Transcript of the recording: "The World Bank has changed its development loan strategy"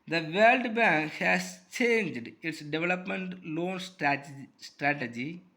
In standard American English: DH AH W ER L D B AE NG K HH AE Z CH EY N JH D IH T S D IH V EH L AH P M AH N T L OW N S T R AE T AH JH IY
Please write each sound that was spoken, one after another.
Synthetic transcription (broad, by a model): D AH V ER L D B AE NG K HH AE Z CH EY N JH D IH T S D IH V EH L AH P M AH N T L OW N S T R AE T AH JH IY